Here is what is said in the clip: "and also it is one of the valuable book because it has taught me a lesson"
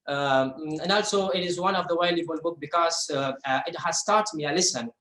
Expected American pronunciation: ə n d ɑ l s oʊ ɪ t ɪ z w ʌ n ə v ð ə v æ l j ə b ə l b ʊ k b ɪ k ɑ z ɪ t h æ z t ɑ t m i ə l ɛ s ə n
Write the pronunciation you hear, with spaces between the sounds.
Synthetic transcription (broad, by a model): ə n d ɑ l s oʊ ɪ t ɪ z w ʌ n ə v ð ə w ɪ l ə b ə l b ʊ k b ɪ k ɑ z ɪ t h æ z t ɑ t m i ə l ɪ s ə n